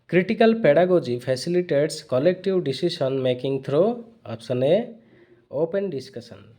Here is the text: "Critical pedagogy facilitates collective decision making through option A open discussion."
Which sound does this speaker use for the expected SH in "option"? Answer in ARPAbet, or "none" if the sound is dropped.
S